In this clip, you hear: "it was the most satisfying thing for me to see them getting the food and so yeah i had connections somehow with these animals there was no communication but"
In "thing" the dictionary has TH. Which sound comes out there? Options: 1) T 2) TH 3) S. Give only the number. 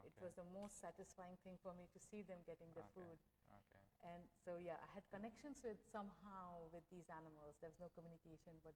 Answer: 1